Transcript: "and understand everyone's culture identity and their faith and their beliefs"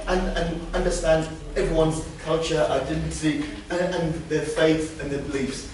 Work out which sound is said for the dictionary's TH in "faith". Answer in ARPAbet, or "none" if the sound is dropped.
TH